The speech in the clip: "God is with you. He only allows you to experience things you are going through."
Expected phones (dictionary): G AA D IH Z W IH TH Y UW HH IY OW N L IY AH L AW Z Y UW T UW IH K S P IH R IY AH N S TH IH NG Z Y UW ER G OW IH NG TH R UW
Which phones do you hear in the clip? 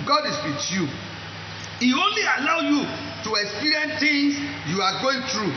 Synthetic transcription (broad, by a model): G AA D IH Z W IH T Y UW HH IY OW N L IY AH L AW Y UW T UW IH K S P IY R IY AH N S T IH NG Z Y UW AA G OW IH NG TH R UW